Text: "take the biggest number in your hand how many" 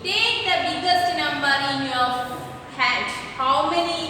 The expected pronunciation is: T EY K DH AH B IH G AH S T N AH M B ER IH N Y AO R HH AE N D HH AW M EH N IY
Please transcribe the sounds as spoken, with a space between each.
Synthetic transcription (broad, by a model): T EY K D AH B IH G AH S T N AH M B ER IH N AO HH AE D HH AW M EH N IY